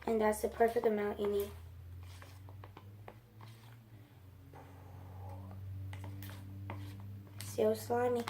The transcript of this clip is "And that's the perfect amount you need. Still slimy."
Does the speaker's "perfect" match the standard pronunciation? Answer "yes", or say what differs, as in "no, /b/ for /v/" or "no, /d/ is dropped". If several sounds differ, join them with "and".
yes